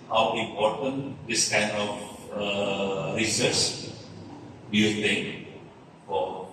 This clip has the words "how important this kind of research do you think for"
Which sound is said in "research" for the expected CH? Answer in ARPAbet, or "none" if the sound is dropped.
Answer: S